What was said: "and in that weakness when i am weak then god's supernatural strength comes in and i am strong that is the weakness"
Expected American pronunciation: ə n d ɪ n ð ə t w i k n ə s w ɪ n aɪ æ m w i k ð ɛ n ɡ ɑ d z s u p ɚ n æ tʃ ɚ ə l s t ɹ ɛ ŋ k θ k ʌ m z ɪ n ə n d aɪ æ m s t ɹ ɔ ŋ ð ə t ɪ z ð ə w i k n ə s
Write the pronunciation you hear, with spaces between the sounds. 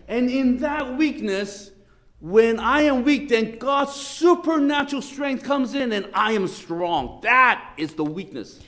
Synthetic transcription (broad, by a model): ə n ɪ n ð ə t w i k n ə s w ɪ n aɪ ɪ m w i k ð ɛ n ɡ ɑ d z s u p ɚ n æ tʃ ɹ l s t ɹ ɛ ŋ k θ k ʌ m z ɪ n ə n aɪ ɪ m s t ɹ ɔ ŋ ð ə t ɪ z ð ə w i k n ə s